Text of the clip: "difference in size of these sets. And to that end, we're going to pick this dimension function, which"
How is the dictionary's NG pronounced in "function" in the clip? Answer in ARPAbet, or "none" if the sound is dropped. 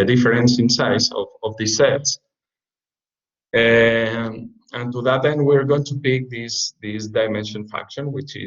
none